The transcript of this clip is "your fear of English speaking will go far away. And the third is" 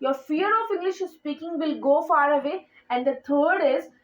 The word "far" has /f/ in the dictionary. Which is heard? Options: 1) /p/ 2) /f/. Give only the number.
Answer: 2